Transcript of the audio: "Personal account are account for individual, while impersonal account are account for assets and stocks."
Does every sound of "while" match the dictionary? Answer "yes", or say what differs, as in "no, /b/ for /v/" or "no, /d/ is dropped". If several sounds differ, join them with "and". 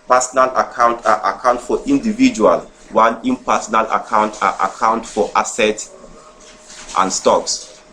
no, /n/ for /l/